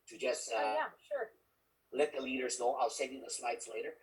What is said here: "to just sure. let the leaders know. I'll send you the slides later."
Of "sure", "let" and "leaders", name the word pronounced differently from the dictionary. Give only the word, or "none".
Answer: none